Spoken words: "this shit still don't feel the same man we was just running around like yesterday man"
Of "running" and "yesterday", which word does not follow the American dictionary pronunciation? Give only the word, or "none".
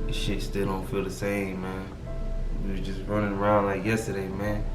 none